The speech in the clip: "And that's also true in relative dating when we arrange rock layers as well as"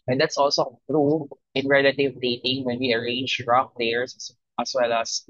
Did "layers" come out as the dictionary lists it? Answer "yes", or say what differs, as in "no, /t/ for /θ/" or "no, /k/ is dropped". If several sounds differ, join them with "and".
no, /s/ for /z/